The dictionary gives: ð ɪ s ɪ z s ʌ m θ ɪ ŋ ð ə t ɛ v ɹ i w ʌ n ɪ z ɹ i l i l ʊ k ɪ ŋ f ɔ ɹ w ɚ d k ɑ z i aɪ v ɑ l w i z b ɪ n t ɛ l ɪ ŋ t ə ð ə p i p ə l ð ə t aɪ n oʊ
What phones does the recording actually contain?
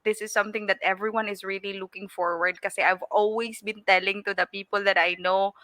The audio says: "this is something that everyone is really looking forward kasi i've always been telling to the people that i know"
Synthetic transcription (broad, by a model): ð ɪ s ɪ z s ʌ m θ ɪ ŋ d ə t ɛ v ɹ i w ʌ n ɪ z ɹ i l i l ʊ k ɪ ŋ f ɔ ɹ w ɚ d k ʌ s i aɪ v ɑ l w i s b ɪ n t ɛ l ɪ ŋ t ə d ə p i p ə l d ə t aɪ n oʊ